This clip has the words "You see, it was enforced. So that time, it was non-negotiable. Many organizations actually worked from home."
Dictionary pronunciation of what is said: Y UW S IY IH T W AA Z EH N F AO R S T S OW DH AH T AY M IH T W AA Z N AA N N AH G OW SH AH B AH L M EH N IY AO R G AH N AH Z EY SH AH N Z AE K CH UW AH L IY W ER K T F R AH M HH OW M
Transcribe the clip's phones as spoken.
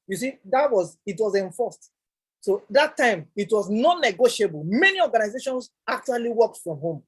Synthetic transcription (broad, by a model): Y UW S IY IH T W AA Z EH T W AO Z S T S OW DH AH T AY M IH T W AA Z N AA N N AH G OW SH AH B AH L M EH N IY AO G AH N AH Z EY SH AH N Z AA K CH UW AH L IY W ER K T F R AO M HH OW M